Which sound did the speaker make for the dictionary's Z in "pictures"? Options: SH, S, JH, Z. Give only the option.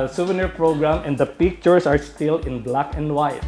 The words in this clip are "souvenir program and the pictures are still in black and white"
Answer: S